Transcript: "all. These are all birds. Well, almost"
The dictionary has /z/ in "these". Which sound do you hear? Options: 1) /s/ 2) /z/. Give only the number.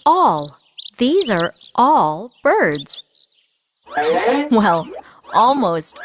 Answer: 2